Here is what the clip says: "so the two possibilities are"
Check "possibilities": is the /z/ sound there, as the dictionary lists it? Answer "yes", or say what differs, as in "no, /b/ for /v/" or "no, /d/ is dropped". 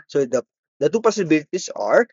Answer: no, /s/ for /z/